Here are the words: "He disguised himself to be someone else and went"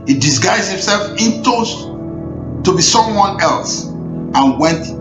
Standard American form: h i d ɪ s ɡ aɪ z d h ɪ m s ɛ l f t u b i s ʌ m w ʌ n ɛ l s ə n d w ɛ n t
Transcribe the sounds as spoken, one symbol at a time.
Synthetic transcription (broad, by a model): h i d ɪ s ɡ aɪ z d h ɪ m s ɛ l f t u b i s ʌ m w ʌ n ɛ l s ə n w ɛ n t